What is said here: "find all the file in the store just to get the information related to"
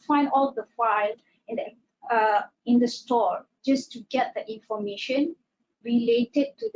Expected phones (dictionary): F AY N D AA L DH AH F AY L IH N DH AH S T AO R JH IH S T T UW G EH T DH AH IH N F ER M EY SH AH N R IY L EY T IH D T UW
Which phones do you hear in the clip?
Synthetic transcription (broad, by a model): F AY N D AA L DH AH F AY L IH N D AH S T AO R JH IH S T T UW G EH T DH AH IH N F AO M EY SH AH N R IY L EY T IH D T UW